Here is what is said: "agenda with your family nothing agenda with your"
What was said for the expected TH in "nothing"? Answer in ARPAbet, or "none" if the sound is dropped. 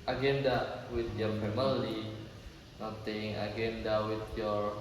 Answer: T